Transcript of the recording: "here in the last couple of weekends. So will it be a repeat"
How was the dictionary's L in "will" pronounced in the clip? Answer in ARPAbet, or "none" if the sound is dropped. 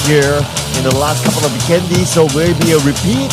W